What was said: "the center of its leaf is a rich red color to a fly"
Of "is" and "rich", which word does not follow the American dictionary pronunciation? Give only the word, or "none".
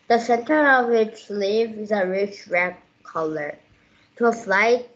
none